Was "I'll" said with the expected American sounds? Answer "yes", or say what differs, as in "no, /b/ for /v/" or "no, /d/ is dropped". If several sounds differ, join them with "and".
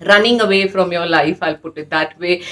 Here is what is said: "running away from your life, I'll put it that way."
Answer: yes